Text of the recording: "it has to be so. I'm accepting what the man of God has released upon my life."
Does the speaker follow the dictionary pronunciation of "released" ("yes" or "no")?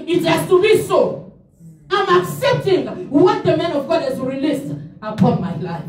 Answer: yes